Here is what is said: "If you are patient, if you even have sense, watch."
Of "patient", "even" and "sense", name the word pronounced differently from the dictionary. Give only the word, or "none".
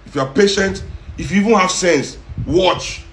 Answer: none